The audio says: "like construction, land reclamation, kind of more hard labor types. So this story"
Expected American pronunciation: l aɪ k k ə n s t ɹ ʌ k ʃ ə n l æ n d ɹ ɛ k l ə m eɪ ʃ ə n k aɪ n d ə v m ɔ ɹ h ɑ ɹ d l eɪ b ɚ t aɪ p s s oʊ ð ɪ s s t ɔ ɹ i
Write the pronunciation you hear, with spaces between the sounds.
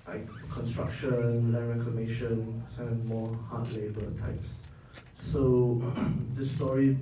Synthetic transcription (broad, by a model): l aɪ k k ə n s t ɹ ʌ k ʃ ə n w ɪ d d ɹ ɛ k l ə m eɪ ʃ ə n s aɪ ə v m ɔ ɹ h ɑ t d l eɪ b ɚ t aɪ p s s oʊ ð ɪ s s t ɔ ɹ i